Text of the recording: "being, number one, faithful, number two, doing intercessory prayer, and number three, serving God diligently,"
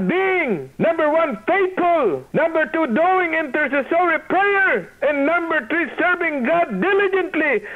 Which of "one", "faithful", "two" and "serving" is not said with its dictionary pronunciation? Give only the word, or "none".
faithful